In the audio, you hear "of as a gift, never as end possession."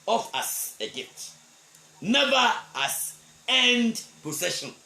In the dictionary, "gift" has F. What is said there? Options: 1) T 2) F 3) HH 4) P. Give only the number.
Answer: 4